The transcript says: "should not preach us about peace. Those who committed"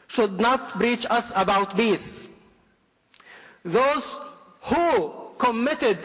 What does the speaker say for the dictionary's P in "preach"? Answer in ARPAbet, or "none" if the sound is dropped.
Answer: B